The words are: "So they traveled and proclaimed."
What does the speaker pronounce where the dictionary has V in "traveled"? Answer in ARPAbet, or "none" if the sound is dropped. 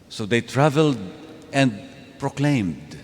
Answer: V